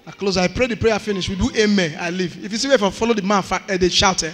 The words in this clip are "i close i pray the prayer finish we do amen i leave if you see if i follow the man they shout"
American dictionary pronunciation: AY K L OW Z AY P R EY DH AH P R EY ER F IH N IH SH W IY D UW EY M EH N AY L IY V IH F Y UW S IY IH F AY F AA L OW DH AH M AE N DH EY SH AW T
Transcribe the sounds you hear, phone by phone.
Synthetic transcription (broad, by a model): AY K L OW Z AY P R EY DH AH P R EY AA F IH N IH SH W IY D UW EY M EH AY L IY V IH F Y UW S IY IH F AY F AA L OW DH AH M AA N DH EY SH AW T